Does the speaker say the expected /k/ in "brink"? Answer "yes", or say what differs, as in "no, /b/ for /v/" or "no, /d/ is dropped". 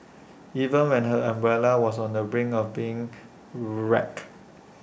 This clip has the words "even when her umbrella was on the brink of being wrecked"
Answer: no, /k/ is dropped